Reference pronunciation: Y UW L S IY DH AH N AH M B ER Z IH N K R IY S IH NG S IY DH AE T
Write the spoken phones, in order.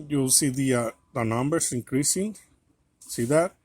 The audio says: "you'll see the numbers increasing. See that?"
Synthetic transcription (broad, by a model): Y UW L S IY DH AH N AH M B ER S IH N K R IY S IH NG S IY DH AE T